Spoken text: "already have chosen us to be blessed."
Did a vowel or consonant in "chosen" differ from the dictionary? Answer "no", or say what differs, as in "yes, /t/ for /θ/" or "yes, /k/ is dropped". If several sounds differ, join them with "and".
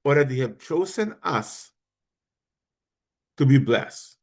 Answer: no